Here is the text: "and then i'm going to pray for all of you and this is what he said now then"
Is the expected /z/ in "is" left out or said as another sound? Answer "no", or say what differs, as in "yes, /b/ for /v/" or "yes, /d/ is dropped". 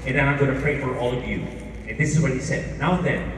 no